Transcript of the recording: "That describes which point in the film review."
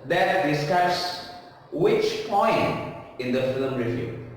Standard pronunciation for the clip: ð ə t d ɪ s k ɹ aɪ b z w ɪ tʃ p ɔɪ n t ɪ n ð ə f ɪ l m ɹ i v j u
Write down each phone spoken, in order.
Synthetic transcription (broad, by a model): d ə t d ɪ s k aɪ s w ɪ tʃ p ɔɪ n t ɪ n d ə f ɪ l m ɹ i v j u